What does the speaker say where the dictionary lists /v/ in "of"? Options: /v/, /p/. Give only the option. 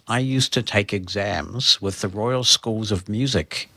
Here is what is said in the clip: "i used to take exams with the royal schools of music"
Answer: /v/